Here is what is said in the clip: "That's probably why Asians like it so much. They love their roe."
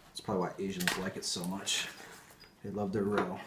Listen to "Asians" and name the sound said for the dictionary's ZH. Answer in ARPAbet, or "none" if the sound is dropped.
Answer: ZH